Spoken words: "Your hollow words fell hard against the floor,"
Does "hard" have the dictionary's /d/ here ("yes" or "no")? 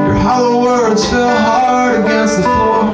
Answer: no